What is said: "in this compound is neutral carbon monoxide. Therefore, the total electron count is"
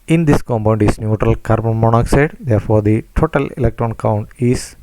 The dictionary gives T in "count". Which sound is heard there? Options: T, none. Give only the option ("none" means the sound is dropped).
T